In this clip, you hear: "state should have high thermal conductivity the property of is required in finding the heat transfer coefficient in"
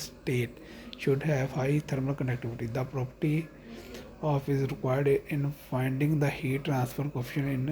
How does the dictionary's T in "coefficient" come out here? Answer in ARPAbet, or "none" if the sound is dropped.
none